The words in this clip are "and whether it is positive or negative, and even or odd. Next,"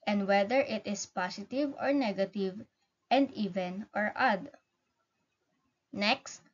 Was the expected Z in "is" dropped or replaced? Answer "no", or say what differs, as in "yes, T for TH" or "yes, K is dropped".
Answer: yes, S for Z